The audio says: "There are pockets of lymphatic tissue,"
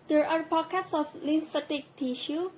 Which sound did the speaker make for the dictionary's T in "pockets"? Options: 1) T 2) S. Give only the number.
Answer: 2